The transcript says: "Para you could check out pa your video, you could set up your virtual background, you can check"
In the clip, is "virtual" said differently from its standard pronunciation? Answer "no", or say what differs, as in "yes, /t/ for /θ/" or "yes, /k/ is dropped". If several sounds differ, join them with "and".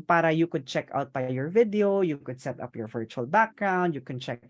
no